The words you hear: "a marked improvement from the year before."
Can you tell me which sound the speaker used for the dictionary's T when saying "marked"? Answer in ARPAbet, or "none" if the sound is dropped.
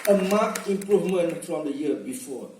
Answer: none